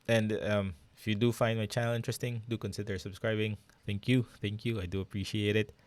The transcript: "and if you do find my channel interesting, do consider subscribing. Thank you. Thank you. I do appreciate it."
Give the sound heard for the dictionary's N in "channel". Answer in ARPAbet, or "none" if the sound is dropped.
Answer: none